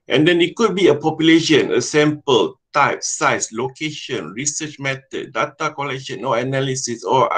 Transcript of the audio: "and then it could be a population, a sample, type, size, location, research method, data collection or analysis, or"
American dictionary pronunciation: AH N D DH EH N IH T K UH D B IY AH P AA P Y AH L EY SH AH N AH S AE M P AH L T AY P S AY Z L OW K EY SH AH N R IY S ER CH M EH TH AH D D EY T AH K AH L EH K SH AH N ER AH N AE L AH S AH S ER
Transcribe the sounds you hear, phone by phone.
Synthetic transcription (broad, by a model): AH N D EH N IH T K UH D B IY AH P AA P Y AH L EY SH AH N AH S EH M P AH L T AY P S AY S L OW K EY SH AH N R IY S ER CH M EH T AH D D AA T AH K AH L EH K SH AH N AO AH N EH L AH S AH S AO